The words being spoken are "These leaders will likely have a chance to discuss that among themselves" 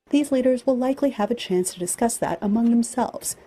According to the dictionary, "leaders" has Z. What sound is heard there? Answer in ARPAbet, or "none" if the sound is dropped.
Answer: Z